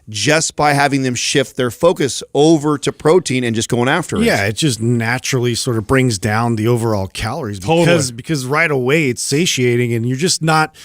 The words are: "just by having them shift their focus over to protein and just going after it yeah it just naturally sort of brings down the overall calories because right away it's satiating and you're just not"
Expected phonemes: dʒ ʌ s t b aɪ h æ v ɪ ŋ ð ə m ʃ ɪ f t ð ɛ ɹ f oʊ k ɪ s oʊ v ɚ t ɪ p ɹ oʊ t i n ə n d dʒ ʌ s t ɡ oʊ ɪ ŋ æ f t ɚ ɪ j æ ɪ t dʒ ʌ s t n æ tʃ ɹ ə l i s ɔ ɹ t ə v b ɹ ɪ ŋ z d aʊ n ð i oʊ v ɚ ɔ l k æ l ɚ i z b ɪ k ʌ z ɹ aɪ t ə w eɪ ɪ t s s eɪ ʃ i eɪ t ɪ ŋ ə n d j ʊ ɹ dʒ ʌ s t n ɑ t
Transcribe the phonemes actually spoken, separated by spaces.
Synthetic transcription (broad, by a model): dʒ ʌ s b aɪ h æ v ɪ ŋ ð ə m ʃ ɪ f t ð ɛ ɹ f oʊ k ɪ s oʊ v ɚ t ɪ p ɹ oʊ t i n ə n dʒ ʌ s ɡ oʊ ɪ ŋ æ f t ɚ j æ ɪ t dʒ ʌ s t n æ tʃ ɹ l i s ɔ ɹ t ə v b ɹ ɪ ŋ z d aʊ n ð i oʊ v ɚ ɔ l k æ l ɚ i z b ɪ k ʌ z ɹ aɪ t ə w eɪ ɪ t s s eɪ ʃ i eɪ t ɪ ŋ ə n j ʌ ɹ dʒ ʌ s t n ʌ t